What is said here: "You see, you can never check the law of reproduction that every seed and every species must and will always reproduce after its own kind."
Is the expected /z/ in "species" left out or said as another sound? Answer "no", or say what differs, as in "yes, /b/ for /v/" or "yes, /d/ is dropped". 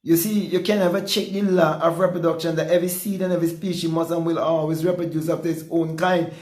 yes, /z/ is dropped